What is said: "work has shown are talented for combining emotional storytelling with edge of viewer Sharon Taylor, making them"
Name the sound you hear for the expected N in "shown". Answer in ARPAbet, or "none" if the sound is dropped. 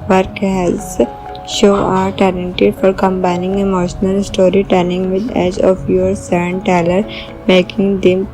none